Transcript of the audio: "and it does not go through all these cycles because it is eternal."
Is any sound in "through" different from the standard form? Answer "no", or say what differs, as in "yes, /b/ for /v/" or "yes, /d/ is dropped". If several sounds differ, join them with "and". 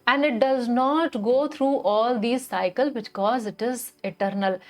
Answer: yes, /t/ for /θ/